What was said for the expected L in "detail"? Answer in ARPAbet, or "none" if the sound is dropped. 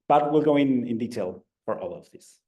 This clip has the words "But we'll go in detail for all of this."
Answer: L